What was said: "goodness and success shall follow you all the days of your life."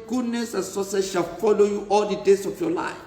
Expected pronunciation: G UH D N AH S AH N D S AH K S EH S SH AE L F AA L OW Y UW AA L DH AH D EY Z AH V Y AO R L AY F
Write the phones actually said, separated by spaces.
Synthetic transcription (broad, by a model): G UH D N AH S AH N S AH S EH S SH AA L F AA L OW Y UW AA L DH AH D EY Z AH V Y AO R L AY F